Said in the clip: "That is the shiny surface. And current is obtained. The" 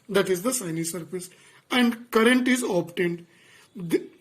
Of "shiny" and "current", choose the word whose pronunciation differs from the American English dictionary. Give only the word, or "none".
shiny